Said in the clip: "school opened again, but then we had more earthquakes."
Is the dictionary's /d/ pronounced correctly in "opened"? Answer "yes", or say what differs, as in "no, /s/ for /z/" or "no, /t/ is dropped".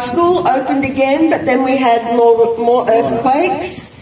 yes